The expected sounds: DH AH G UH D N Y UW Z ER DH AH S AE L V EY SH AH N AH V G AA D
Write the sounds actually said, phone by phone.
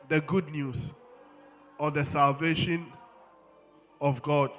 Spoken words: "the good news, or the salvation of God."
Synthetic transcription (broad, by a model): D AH G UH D N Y UW S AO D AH S AE L V EY SH AH N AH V G AA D